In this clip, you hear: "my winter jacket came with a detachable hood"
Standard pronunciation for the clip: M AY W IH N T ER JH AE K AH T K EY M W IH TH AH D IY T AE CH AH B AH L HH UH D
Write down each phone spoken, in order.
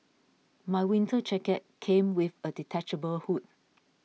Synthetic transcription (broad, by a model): M AY W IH N T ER CH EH K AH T K EY M W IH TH AH D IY T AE CH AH B AH L HH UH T